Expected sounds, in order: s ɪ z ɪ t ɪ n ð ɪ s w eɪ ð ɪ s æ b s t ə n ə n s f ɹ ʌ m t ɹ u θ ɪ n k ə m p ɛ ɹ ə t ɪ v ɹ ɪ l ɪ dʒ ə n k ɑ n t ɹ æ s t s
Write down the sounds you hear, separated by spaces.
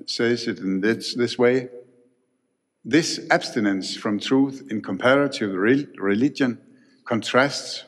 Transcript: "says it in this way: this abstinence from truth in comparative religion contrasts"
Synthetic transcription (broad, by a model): s ɪ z ɪ t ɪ n ð ɪ s w eɪ ð ɪ s æ b s t ə n ə n s f ɹ ʌ m t ɹ u θ ɪ n k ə m p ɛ ɹ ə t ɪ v ɹ ɪ l ɪ dʒ ə n k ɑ n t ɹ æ s t s